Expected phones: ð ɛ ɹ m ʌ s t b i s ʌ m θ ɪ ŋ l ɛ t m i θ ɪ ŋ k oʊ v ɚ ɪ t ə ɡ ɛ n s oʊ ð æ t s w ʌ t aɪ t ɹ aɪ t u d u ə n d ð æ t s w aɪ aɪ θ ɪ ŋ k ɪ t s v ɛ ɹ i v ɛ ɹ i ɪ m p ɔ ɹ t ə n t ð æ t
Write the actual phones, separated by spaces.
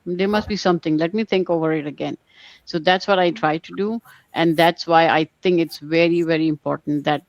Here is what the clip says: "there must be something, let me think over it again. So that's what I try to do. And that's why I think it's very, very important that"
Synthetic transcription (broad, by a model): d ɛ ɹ m ʌ s t b i s ʌ m t ɪ ŋ l ɛ t m i t ɪ ŋ k oʊ v ɚ ɪ t ə ɡ ɛ n s oʊ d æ t s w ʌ t aɪ t ɹ aɪ t u d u ə n d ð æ t s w aɪ aɪ t ɪ ŋ k ɪ t s v ɛ ɹ i v ɛ ɹ i ɪ m p ɔ ɹ t ə n t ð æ t